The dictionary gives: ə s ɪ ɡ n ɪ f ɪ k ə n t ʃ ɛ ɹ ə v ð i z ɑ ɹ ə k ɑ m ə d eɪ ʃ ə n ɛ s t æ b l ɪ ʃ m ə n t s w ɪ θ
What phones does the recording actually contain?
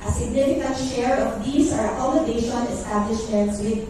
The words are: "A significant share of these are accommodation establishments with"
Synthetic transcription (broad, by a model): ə s ɪ ɡ n ɪ f ɪ k ə n t ʃ ɛ ɹ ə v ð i s ɑ ɹ ə k ɑ m ə d eɪ ʃ ə n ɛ s t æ b l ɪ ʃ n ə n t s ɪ